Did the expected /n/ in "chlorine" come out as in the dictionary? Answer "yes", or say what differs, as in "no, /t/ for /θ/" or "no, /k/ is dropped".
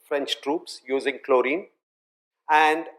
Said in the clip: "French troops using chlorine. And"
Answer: yes